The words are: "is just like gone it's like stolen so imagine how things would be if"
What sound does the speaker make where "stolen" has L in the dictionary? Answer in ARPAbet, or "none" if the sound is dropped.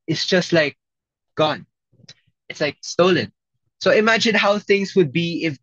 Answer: L